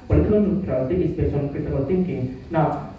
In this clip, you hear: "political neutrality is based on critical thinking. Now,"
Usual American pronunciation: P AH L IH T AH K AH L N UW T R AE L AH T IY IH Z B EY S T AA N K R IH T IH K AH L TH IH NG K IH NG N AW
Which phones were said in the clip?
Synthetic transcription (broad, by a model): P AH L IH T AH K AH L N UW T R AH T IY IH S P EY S AA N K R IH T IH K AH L T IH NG K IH NG N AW